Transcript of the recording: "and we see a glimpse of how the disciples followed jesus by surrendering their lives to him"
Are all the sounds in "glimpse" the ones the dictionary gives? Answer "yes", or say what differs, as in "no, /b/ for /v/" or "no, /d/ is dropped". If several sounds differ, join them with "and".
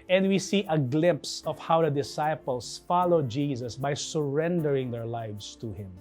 yes